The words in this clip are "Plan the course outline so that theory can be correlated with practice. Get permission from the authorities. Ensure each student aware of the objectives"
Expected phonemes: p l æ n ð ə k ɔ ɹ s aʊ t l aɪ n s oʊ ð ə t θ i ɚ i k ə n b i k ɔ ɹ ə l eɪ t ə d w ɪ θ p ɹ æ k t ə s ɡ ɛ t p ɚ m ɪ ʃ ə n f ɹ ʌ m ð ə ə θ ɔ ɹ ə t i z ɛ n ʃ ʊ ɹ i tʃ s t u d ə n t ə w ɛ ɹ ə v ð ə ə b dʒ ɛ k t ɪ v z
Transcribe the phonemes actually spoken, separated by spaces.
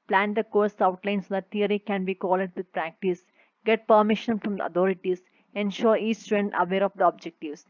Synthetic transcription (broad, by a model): p l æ n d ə k ɔ ɹ s aʊ t l aɪ n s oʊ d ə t t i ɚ i k ə n b i k ɔ l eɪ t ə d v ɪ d p ɹ æ k t ə s ɡ ɛ t p ɚ m ɪ ʃ ə n f ɹ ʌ m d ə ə t ɔ ɹ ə t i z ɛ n ʃ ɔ ɹ i tʃ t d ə n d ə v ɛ ɹ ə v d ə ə b dʒ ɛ k t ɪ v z